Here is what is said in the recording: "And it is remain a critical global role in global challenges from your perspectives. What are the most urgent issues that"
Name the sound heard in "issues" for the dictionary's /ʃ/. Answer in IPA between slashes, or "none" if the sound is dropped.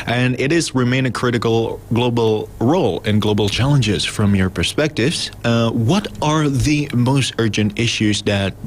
/ʃ/